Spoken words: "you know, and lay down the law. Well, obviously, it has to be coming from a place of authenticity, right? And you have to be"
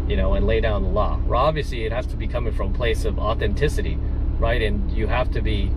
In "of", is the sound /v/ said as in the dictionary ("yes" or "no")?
yes